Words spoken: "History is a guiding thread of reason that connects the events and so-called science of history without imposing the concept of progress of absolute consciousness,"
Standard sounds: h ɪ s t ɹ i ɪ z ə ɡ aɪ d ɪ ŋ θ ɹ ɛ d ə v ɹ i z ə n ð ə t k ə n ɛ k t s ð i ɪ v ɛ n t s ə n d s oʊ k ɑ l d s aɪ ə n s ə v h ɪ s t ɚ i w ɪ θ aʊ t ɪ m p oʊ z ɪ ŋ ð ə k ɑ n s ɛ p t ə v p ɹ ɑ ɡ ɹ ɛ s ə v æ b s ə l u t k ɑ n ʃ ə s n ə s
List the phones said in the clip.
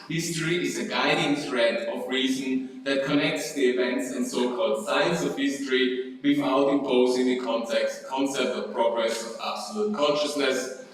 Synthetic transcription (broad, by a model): h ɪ s t ɹ i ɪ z ə ɡ aɪ d ɪ ŋ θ ɹ ɛ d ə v ɹ i z ə n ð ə t k ə n ɛ k t s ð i ɪ v ɛ n t s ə n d s oʊ k ɑ l d s aɪ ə n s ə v h ɪ s t ɚ i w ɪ f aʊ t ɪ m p oʊ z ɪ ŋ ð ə k ɑ n s ɛ p t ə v p ɹ ɑ ɡ ɹ ɛ s ə v æ b s ə l u t k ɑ n ʃ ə s n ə s